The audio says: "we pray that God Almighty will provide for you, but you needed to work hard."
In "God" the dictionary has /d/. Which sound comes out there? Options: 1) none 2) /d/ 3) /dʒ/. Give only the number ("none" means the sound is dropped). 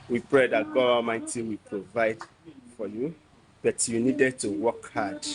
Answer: 1